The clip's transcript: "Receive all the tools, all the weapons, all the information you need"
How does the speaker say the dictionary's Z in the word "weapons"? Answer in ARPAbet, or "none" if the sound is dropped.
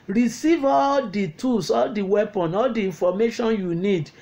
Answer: none